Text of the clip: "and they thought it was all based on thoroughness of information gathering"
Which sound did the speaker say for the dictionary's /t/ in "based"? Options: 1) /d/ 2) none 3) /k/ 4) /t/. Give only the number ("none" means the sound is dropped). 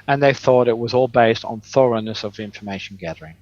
4